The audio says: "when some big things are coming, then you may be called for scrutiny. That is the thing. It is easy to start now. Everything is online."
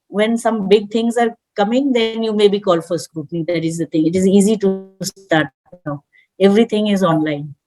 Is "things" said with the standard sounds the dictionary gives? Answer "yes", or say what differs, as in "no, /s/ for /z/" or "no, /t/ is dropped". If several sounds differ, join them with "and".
no, /t/ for /θ/